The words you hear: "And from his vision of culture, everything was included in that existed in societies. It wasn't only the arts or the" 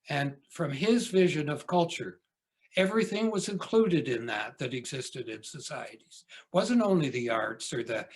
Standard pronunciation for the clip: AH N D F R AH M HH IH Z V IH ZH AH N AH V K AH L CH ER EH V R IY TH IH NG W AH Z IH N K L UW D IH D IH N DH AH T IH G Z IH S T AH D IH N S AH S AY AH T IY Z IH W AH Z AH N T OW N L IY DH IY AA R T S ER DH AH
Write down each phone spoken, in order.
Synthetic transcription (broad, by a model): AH N F R AH M IH Z V IH ZH AH N AH V K AH L CH ER EH V R IY TH IH NG W AH Z IH N K L UW D IH D IH N DH AH T IH G Z IH S T AH D IH N S AH S AY AH T IY Z W AH Z AH N T OW N L IY DH IY AA R T S ER DH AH